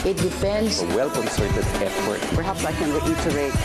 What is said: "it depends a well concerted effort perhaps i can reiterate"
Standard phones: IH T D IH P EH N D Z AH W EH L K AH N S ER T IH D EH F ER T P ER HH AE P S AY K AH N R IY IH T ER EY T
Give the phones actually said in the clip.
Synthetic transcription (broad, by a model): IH T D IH F EH N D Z AH W EH L K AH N S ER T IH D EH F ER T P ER HH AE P S AY K AH N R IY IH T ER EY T